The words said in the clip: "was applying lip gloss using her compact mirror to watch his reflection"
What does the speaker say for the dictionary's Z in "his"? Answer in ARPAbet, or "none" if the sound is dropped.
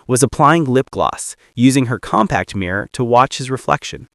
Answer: Z